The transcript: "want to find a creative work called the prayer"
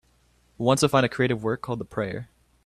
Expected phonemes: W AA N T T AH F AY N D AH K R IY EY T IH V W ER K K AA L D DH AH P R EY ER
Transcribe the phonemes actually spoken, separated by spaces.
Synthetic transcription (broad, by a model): W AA N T S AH F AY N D AH K R IY EY T IH V W ER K K AA L D DH AH P R EY ER